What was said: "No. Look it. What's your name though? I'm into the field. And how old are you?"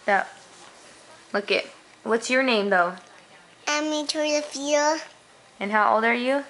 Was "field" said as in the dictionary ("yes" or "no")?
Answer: no